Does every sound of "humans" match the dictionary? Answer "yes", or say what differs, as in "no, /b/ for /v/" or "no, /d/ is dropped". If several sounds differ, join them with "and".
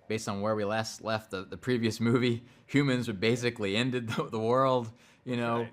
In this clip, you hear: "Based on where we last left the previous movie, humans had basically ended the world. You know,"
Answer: yes